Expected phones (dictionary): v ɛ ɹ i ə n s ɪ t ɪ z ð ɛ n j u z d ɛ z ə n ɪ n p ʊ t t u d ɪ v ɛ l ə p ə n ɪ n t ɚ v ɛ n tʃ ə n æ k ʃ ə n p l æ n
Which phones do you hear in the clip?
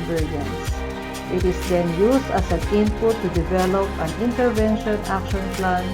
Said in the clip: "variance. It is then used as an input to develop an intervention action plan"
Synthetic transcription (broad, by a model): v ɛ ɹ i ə n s ɪ t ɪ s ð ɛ n j u s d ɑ s ə n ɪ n p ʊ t t u d ɪ v ɛ l ə p ə n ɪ n t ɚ v ɛ n ʃ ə n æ k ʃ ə n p l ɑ n